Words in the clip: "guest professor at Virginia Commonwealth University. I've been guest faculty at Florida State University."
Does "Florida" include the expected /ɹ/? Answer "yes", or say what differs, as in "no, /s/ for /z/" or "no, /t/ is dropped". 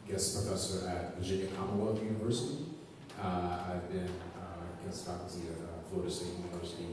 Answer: no, /ɹ/ is dropped